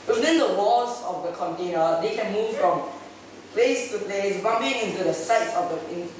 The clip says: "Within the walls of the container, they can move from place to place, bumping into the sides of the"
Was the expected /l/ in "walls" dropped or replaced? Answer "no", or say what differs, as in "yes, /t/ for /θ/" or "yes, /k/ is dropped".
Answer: yes, /l/ is dropped